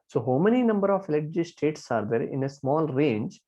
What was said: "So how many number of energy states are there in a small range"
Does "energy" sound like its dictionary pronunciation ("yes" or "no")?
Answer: no